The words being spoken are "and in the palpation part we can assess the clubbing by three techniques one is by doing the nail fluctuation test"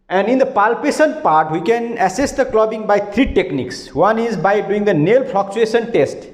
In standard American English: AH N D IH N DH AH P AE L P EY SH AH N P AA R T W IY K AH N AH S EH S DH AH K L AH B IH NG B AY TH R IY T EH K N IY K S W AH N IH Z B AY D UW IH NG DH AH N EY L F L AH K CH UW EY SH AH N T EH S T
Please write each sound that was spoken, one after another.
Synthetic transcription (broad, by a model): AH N D IH N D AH P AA L P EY S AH N P AA R T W IY K AH N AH S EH S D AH K L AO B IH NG B AY T R IY T EH K N IY K S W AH N IH Z B AY D UW IH NG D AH N EY L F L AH K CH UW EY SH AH N T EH S T